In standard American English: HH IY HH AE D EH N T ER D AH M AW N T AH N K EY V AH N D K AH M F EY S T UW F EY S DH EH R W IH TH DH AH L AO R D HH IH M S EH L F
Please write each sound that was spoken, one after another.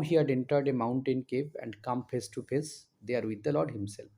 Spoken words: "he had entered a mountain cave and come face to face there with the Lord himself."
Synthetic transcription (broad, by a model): HH IY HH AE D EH N T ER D AH M AW N T AH N K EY P AH N D K AH M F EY S T UW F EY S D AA R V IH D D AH L AO R D HH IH M S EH L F